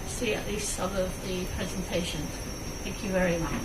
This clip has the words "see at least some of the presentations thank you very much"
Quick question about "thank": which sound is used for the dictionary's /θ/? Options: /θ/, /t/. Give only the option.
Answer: /θ/